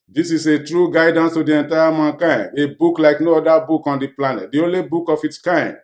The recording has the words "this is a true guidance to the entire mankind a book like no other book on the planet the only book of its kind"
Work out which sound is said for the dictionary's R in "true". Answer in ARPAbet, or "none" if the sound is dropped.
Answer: R